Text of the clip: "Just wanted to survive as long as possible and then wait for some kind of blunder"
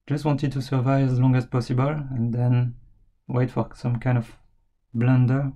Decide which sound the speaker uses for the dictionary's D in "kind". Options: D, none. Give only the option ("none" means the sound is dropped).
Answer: D